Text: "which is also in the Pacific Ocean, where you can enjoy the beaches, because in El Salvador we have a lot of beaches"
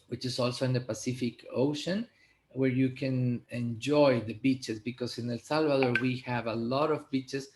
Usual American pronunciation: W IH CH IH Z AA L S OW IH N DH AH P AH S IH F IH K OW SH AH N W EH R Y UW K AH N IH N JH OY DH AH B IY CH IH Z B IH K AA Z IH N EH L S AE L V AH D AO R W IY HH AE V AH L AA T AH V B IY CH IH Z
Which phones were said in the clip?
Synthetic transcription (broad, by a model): W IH CH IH S AA L S OW IH N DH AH P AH S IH F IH K OW SH AH N W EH R Y UW K AH N IH N JH OY DH AH B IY CH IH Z B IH K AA S IH N EH L S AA L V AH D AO R W IY HH AE V AH L AA T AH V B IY CH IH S